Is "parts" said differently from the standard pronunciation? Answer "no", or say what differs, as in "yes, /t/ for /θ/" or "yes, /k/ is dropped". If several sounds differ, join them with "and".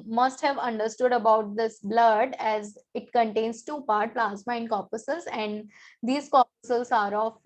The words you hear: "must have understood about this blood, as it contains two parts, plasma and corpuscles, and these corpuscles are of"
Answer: yes, /s/ is dropped